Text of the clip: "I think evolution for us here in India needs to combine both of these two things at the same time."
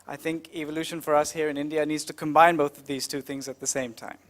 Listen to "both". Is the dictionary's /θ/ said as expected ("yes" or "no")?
yes